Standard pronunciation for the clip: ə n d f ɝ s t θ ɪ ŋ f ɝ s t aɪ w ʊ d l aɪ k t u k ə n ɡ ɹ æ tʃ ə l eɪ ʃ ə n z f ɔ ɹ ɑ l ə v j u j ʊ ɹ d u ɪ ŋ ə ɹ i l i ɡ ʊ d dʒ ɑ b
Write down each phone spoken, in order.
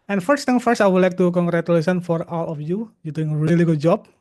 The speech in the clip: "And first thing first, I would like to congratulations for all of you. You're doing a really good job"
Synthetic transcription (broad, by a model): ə n f ɝ s t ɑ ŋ f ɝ s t aɪ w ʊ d l aɪ k t u k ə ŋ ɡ ɹ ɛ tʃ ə l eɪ s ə n f ɔ ɹ ɑ l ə f j u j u d u ɪ ŋ ə ɹ i l i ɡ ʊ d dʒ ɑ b